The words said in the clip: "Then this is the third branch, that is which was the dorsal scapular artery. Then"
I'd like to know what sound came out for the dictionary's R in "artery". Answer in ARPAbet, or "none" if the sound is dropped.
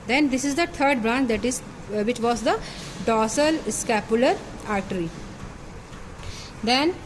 R